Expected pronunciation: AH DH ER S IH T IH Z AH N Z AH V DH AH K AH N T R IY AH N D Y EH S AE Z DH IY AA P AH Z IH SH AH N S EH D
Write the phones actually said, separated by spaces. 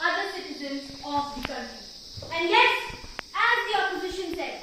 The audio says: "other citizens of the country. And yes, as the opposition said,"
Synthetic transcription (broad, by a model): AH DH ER S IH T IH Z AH N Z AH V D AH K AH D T IY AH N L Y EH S AE Z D IY AA P AH Z IH SH AH N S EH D